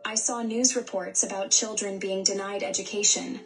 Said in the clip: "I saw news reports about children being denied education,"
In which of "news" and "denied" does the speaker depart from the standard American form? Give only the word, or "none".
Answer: none